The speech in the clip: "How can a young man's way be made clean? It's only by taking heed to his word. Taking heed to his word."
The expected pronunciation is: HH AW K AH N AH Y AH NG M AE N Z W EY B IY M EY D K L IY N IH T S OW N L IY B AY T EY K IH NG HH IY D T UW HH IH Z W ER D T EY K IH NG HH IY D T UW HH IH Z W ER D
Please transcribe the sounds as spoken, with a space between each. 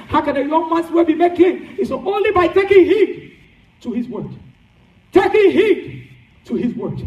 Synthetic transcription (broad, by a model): HH AW K AH N AH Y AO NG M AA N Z W EY B IY M EY K IY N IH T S OW N L IY B AY T EY K IH NG HH IY D T UW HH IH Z W ER D T EY K IH NG HH IY D T UW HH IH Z W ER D